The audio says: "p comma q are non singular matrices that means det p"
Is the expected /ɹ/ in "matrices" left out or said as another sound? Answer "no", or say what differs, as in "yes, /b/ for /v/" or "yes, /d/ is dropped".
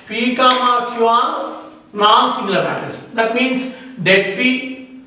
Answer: yes, /ɹ/ is dropped